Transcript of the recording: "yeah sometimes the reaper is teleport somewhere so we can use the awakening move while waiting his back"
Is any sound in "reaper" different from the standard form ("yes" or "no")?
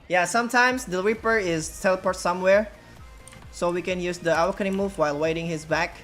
no